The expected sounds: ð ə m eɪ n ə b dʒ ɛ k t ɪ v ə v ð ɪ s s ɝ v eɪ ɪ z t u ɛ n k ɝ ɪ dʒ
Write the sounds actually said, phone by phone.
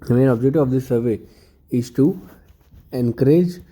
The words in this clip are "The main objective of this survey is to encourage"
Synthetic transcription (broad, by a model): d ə m eɪ n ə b dʒ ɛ k t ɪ ə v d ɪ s s ɝ v eɪ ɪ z t u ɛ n k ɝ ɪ dʒ